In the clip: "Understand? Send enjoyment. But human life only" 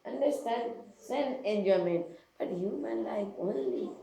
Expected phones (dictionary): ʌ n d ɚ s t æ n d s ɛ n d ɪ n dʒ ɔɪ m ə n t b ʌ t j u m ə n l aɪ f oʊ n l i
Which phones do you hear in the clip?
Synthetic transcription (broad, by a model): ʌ n d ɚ s t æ n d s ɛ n ɪ n dʒ ɔɪ m ə n t b ʌ t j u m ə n l aɪ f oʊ n l i